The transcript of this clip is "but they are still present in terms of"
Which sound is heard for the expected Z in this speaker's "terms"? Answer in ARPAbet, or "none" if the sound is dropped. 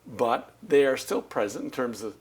Z